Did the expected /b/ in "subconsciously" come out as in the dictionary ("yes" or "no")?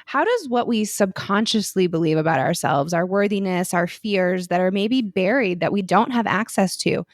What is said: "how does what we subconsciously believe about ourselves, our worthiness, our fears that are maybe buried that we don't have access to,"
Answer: yes